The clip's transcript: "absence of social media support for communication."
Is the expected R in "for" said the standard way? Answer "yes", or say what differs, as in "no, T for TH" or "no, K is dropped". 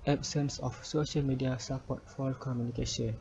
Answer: no, L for R